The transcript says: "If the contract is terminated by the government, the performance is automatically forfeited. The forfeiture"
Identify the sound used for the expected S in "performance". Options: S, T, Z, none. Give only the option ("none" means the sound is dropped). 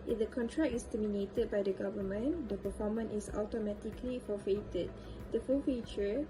none